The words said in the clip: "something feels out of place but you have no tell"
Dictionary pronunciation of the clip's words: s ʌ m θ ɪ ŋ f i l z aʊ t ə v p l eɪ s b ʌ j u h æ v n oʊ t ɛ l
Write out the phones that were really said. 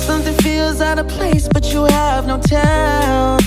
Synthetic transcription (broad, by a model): s ʌ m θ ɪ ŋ f i l z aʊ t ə p l eɪ s b ʌ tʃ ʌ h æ v n oʊ t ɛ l